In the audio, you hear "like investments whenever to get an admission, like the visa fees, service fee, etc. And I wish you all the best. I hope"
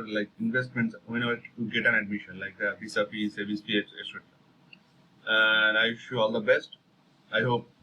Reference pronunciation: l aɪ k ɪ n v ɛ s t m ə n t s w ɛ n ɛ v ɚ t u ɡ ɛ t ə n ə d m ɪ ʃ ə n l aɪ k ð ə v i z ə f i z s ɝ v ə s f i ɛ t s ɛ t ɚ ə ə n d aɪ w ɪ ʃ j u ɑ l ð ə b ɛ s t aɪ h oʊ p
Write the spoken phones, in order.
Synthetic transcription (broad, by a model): l aɪ k ɪ n v ɛ s t m ə n t s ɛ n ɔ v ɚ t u ɡ ɛ t ə n ə d m ɪ ʃ ə n l aɪ k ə p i s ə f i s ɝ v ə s p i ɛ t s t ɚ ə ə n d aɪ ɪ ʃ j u ɑ l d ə b ɛ s t aɪ h oʊ p